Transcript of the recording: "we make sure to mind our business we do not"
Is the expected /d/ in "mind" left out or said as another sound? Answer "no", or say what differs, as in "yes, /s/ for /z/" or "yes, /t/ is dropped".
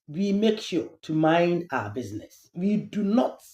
no